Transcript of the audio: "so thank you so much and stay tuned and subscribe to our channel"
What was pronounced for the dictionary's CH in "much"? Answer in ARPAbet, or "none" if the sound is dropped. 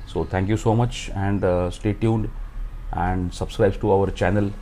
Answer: CH